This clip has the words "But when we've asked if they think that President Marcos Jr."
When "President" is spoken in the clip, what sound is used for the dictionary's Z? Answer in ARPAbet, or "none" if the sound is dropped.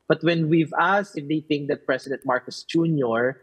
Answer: S